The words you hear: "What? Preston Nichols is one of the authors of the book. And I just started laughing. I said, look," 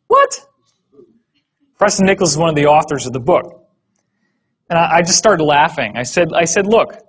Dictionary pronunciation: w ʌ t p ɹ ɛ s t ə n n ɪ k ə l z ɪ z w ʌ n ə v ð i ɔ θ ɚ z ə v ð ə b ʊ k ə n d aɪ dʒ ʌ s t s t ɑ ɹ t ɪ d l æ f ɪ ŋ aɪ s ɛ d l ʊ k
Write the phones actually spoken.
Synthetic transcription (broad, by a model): w ʌ t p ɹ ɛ s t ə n n ɪ k l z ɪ z w ʌ n ə v ð i ɔ θ ɚ z ə v ð ə b ʊ k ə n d aɪ dʒ ʌ s t s t ɑ ɹ t ɪ d l æ f ɪ ŋ aɪ s ɛ d l ʊ k